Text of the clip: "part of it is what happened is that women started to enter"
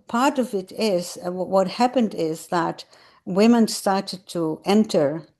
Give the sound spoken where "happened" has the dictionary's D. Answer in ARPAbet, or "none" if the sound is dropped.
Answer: D